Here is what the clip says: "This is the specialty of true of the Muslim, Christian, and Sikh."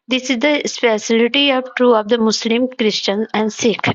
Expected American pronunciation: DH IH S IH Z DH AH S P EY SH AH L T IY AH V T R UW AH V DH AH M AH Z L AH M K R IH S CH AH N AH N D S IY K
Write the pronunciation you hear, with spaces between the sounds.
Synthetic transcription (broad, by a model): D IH S IH Z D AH S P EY S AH L T IY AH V T R UW AH V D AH M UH S L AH M K R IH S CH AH N AH N D S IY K